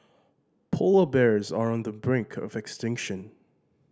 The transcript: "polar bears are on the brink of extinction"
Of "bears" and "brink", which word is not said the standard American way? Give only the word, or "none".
none